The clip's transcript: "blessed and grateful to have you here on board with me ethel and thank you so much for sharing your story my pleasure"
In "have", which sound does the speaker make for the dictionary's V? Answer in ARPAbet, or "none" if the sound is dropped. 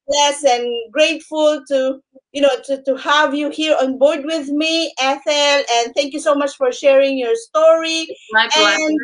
V